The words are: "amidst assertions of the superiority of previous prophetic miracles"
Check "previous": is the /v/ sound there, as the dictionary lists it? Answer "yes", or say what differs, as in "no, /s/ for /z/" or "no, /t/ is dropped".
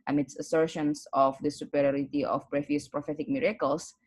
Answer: no, /f/ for /v/